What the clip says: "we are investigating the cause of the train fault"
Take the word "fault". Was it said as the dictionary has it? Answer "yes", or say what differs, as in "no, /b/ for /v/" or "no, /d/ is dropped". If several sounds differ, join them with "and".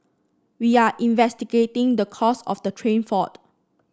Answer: no, /l/ is dropped